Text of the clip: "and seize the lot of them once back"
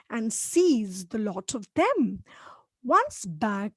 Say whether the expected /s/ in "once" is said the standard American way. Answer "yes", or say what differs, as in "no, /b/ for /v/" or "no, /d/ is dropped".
yes